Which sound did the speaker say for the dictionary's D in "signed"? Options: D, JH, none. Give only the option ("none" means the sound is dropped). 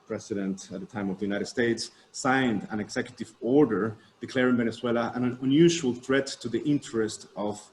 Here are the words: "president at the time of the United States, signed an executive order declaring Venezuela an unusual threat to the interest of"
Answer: D